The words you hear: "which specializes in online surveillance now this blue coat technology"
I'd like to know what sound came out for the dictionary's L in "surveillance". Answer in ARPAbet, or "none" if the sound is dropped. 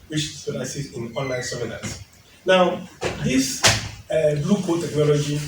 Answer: N